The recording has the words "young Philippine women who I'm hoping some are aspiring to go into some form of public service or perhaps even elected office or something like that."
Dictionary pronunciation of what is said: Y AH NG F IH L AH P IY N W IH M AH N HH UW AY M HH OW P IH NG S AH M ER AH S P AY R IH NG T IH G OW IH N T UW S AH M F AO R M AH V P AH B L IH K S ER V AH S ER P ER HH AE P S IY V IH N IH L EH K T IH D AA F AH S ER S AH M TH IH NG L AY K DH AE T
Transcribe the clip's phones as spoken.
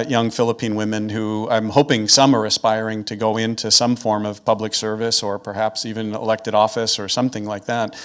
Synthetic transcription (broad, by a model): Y AH NG F IH L AH P IY N W IH M AH N HH UW AY M HH OW P IH NG S AH M ER AH S P AY R IH NG T IH G OW IH N T UW S AH M F AO R M AH V P AH B L IH K S ER V AH S ER P ER HH AE P S IY V IH N IH L EH K T IH D AA F AH S ER S AH M TH IH NG L AY K DH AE T